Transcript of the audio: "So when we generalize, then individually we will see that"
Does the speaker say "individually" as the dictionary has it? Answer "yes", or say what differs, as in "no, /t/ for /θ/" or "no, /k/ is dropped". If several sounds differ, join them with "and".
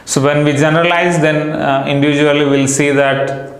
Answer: no, /l/ is dropped